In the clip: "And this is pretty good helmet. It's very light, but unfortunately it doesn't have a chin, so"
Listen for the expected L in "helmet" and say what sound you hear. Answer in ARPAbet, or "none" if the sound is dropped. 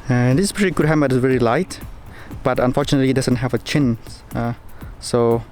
none